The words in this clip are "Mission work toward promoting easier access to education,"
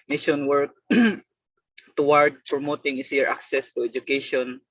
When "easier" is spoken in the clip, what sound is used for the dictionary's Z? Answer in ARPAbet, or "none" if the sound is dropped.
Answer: S